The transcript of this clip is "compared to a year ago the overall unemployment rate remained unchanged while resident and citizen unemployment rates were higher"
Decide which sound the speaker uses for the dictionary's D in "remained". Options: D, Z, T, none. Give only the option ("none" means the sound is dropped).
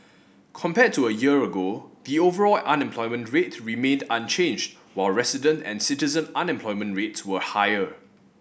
D